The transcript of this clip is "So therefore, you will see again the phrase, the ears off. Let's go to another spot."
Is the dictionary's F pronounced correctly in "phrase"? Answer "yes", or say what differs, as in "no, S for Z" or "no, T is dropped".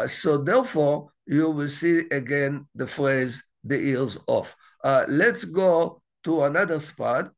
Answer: yes